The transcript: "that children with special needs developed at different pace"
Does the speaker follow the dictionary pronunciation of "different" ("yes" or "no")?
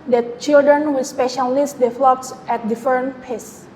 no